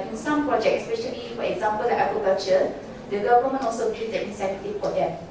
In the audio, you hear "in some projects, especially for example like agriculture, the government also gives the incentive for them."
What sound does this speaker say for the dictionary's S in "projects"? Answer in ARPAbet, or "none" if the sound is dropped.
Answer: none